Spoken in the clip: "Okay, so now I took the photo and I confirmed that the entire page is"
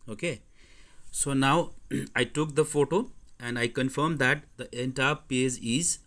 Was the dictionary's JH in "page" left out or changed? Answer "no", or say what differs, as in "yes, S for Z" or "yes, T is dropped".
yes, Z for JH